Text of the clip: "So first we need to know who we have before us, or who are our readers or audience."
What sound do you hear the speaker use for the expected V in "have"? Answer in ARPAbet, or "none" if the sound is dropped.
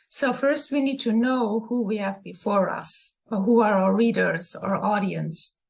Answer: V